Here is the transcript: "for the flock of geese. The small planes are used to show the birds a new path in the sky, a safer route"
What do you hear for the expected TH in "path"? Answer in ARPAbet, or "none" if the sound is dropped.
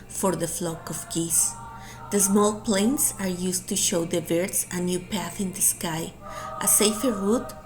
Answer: TH